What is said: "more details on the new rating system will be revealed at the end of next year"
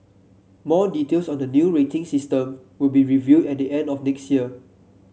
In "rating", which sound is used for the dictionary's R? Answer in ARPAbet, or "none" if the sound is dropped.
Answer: R